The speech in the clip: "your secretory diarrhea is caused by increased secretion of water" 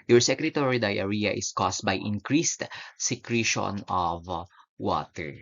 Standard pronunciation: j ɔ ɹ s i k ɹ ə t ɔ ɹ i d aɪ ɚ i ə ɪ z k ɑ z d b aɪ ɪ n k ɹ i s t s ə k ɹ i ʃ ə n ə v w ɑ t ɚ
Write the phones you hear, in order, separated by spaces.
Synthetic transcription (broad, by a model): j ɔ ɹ s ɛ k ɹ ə t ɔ ɹ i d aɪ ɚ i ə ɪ s k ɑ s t b aɪ ɪ n k ɹ i s t s ə k ɹ i ʃ ə n ə v w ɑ t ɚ